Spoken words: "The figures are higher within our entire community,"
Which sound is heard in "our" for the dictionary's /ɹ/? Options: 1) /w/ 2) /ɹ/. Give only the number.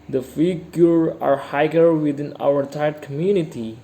1